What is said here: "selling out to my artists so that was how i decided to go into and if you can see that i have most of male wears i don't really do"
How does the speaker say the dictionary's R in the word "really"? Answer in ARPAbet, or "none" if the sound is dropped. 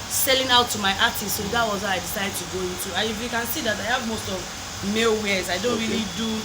R